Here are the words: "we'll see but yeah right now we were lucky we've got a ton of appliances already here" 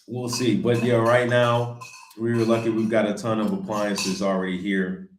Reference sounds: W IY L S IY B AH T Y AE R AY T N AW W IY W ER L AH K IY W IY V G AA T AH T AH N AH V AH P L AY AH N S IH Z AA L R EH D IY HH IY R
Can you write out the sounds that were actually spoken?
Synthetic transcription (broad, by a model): W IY L S IY B AH T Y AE R AY T N AW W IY L AH K IY W IY V G AA T AH T AH N AH V AH P L AY AH N S IH Z L R EH D IY HH IY R